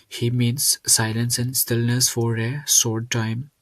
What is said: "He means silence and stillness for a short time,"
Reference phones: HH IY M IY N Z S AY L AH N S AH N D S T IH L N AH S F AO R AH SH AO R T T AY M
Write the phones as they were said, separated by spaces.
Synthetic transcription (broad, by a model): HH IY M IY N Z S AY L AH N S AH N D S T IH L N AH S F AO R AH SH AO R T T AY M